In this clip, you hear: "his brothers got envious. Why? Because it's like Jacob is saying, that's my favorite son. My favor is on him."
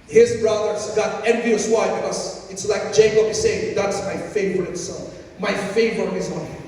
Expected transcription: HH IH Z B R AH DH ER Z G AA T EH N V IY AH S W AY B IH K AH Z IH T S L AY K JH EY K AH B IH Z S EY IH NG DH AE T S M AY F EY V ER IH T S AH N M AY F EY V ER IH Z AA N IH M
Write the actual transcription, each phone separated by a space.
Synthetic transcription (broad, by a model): HH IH Z B R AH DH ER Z G AA T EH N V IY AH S W AY B IH K AH Z IH T S L AY K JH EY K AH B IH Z S EY IH NG DH AE T S M AY F EY V ER IH T S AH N M AY F EY V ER IH Z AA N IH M